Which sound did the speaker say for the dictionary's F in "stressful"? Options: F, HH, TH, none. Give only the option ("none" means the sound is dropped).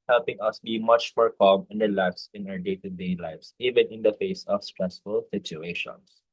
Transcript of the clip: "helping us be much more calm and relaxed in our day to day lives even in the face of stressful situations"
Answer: F